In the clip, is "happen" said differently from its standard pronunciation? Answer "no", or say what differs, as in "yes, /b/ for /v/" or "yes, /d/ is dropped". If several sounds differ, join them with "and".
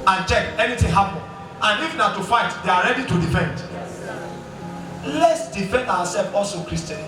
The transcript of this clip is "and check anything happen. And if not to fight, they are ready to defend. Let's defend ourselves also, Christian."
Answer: yes, /n/ is dropped